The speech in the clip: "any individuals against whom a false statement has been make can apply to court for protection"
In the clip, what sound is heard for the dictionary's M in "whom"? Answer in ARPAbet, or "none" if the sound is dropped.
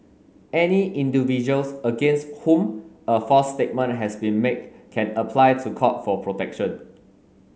M